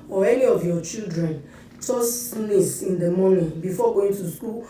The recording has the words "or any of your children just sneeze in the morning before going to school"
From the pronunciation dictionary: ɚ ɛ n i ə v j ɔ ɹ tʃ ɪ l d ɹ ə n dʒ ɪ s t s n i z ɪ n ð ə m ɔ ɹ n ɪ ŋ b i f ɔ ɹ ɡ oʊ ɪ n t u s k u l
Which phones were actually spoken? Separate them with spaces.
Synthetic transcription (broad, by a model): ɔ ɛ n i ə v j ɔ tʃ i l d ɹ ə n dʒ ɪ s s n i s ɪ n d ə m ɔ n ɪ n b i f ɔ ɡ oʊ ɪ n t u s k u l